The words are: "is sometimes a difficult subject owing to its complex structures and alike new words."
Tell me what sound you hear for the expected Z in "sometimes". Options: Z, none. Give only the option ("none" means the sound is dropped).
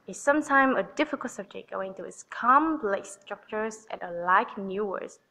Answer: none